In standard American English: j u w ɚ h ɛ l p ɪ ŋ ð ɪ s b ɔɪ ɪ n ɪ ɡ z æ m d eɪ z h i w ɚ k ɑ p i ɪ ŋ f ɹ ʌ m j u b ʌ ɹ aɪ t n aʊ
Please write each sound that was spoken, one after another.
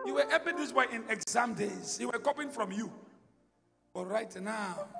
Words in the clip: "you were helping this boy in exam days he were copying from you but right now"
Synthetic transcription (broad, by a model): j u w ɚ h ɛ p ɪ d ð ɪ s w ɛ ɪ n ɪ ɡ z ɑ m d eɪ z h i w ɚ k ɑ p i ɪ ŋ f ɹ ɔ m j u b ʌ ɹ aɪ t n aʊ